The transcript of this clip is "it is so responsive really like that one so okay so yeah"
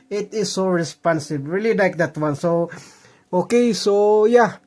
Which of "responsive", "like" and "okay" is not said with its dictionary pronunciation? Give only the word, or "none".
responsive